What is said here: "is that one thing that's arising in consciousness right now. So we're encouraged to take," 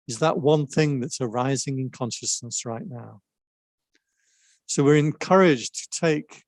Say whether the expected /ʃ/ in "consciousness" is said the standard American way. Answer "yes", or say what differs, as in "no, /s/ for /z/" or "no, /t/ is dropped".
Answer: yes